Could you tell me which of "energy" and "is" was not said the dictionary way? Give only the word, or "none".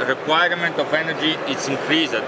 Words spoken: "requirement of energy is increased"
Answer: is